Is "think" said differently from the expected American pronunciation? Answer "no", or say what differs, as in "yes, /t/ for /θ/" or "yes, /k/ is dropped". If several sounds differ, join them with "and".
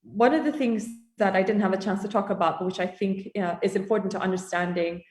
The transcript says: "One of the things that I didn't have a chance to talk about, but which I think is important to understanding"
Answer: no